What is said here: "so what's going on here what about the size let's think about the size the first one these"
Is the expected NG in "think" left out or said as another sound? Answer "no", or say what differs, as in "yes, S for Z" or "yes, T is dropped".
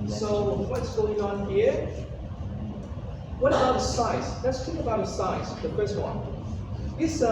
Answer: yes, NG is dropped